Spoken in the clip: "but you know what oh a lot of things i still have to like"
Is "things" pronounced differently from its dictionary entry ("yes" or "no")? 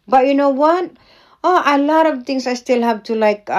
yes